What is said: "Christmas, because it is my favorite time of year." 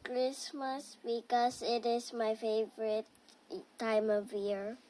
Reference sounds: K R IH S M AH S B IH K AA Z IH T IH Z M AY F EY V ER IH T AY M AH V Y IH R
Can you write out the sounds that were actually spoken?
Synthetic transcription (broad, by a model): K R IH S M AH S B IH K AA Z IH T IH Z M AY F EY V ER IH T AY M AH V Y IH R